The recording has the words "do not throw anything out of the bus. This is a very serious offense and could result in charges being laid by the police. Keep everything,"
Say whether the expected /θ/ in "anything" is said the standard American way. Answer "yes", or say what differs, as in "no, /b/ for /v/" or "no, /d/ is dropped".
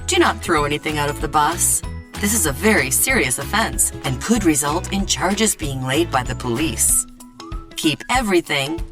yes